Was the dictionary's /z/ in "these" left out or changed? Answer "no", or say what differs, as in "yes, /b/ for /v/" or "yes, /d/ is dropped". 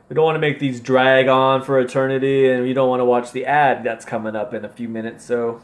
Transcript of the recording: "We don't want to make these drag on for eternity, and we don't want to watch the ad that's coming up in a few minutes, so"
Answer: no